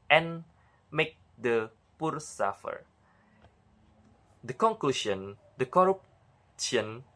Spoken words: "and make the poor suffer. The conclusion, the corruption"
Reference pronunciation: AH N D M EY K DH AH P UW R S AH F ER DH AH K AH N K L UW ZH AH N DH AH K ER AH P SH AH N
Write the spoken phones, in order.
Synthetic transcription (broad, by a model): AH N M EY K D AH P UW R S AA F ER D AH K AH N K L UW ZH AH N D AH K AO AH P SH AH N